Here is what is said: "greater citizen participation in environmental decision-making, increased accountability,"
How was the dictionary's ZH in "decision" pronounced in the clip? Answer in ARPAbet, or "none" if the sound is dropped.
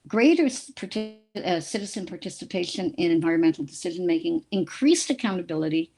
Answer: ZH